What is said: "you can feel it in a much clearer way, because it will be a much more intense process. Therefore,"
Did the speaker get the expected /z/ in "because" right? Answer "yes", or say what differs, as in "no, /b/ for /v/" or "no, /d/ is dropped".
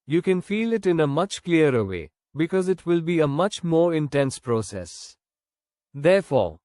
yes